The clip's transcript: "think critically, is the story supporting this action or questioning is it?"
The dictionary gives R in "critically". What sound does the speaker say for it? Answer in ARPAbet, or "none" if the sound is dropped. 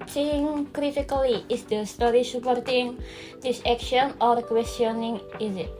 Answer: R